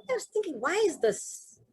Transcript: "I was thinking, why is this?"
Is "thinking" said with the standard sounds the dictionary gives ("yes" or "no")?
yes